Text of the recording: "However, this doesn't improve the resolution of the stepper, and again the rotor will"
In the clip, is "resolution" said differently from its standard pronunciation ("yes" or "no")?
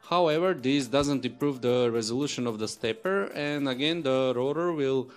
no